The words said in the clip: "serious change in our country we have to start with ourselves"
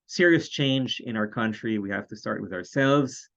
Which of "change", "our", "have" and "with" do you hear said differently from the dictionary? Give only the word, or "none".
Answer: have